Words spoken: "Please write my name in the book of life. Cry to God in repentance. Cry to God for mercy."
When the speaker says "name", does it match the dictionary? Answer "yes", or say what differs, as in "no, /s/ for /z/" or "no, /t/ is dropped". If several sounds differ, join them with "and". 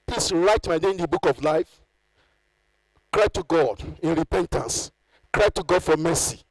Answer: no, /m/ is dropped